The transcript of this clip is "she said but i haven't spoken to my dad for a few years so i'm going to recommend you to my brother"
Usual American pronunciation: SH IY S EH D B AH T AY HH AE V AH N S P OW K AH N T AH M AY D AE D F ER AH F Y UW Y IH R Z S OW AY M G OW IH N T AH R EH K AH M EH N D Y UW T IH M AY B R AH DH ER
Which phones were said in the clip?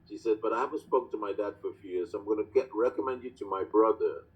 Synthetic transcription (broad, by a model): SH IY S EH D B AH T AY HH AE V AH S P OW AH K T AH M AY D AE D F ER AH F Y UW Y IH R Z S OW AY M G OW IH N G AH R EH K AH M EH N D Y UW T IH M AY B R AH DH ER